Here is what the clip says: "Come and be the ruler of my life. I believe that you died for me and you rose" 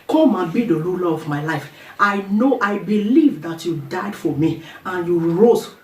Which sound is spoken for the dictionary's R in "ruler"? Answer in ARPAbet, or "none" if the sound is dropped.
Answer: L